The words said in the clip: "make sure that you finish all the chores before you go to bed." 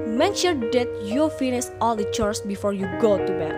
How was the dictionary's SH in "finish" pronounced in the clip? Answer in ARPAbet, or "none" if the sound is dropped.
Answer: S